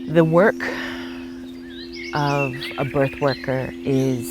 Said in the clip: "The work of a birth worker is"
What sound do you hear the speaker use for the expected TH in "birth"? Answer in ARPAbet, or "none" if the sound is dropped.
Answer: TH